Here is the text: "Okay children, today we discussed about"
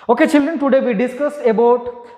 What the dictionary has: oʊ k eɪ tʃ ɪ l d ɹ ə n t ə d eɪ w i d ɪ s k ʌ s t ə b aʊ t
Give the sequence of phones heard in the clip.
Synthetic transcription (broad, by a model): oʊ k eɪ tʃ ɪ l d ɹ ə n t ə d eɪ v i d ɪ s k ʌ s ə b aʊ t